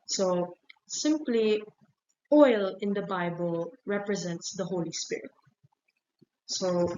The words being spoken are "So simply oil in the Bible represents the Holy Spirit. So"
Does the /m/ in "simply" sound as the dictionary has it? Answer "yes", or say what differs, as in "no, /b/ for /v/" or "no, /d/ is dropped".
yes